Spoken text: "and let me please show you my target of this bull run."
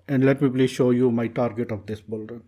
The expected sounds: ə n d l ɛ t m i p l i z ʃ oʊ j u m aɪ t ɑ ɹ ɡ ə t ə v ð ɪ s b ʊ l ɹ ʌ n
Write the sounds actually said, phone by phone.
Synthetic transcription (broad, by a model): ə n d l ɛ t m i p l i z ʃ oʊ j u m aɪ t ɑ ɹ ɡ ə t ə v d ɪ s b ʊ l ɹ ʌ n